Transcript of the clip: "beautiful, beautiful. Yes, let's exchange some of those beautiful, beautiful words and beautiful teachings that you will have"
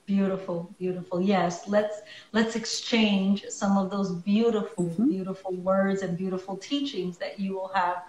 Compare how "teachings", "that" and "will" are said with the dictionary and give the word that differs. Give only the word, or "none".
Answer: none